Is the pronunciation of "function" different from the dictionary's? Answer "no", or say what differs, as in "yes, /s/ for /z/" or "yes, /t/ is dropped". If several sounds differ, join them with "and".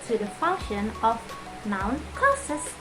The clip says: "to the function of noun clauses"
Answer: no